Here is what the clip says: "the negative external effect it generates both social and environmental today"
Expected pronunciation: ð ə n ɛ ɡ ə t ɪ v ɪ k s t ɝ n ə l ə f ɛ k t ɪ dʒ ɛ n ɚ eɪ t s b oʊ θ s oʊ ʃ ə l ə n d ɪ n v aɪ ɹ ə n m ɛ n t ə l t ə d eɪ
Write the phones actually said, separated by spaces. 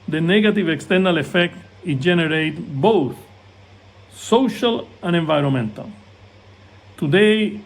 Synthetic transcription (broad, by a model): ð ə n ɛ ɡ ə t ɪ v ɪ k s t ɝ n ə l ə f ɛ k t ɪ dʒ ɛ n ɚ eɪ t b oʊ θ s oʊ ʃ ə l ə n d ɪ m v aɪ ɹ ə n m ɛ n t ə l t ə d eɪ